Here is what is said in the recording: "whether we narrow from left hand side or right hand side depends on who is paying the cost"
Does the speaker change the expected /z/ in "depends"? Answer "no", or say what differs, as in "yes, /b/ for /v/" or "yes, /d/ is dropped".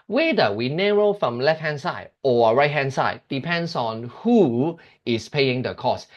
yes, /s/ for /z/